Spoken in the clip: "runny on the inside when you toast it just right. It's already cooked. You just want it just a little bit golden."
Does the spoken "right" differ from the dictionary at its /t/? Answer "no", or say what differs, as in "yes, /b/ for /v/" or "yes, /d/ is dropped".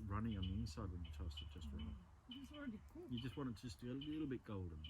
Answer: yes, /t/ is dropped